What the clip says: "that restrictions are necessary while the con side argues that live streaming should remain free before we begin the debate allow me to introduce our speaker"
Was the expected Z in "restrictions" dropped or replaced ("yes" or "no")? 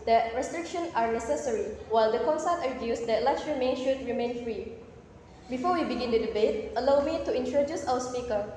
yes